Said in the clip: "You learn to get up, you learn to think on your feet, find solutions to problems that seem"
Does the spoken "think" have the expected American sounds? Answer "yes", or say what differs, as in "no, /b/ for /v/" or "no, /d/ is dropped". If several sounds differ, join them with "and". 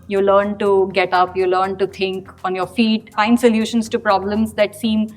no, /t/ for /θ/